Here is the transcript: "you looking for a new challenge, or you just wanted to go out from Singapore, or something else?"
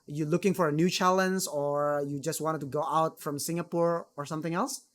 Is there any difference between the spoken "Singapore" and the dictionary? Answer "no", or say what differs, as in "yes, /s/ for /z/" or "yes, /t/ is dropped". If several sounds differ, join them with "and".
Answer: no